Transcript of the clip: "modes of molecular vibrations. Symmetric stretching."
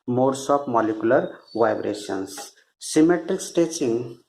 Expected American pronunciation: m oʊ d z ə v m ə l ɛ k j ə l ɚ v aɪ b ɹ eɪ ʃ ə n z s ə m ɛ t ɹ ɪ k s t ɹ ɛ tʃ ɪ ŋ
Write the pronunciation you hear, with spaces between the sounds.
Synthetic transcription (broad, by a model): m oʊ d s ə p m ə l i k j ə l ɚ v aɪ b ɹ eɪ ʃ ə n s s ə m ɛ t ɹ ɪ k s t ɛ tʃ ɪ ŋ